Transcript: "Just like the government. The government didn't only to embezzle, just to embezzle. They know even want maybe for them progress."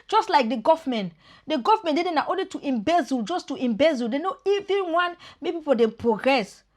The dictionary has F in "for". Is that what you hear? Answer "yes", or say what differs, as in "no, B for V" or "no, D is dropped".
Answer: no, P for F